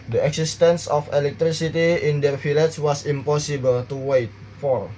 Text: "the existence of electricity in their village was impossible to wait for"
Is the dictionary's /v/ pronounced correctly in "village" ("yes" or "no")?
no